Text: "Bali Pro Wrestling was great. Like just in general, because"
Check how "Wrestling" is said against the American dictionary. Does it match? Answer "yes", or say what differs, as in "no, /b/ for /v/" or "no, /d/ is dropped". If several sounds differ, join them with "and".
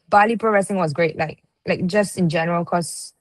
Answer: no, /l/ is dropped